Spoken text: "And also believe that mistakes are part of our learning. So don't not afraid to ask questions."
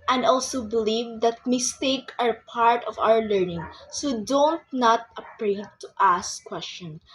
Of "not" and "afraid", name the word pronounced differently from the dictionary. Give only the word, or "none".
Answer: afraid